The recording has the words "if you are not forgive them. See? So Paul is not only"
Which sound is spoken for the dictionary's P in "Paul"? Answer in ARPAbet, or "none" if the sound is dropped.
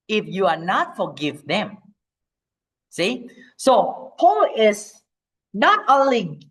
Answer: P